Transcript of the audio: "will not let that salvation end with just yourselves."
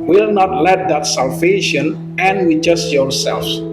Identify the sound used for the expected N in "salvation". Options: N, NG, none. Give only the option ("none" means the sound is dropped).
N